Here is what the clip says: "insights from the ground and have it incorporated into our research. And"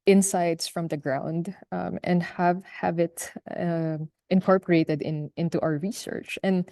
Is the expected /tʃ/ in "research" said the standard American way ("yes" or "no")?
yes